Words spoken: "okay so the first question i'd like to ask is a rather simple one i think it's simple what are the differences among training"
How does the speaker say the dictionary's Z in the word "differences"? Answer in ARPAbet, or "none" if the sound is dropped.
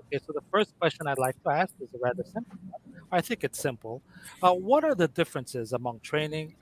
Z